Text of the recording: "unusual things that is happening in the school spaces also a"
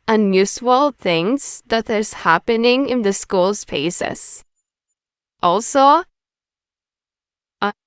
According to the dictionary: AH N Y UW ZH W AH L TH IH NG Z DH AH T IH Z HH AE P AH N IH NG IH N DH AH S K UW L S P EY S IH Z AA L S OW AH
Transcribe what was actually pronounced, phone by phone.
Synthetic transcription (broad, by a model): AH N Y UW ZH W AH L TH IH NG Z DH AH T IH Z HH AE P AH N IH NG IH N DH AH S K UW L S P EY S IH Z AA L S OW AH